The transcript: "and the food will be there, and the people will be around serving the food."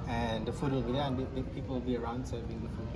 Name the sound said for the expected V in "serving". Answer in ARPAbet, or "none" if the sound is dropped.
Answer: B